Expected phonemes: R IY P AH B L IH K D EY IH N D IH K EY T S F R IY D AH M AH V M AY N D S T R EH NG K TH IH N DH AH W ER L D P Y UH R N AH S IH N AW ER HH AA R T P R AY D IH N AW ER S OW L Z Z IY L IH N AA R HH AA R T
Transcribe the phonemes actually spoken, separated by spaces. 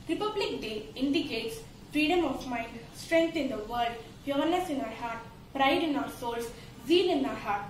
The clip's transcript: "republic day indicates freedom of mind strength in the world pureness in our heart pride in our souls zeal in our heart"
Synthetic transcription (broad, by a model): R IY P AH B L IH K D EY IH N D IH K EY T S F R IY D AH M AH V M AY N D S T R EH NG K T IH N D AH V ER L D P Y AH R N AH S IH N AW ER HH AA R T P R AY D IH N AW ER S OW L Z Z IY L IH N AA R HH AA R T